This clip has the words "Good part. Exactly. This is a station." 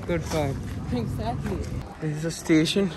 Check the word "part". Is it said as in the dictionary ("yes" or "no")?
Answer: no